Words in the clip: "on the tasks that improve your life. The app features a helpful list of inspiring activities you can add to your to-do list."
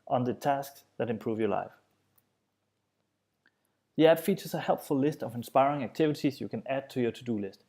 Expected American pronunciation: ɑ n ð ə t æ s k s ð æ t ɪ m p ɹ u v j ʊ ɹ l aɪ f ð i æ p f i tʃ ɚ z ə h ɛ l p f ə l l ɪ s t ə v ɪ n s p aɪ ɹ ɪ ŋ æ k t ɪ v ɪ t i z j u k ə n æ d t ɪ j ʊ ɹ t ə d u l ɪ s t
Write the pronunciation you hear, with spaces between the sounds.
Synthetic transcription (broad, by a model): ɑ n ð ə t æ s k s ð æ t ɪ m p ɹ u v j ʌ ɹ l aɪ f ð i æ b f i tʃ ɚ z ə h ɛ l p f ə l l ɪ s t ə v ɪ n s p aɪ ɹ ɪ ŋ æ k t ɪ v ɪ t i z j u k ə n æ d t ɪ j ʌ ɹ t ə d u l ɪ s t